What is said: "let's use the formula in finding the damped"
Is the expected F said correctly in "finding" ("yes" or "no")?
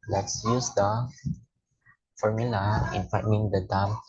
no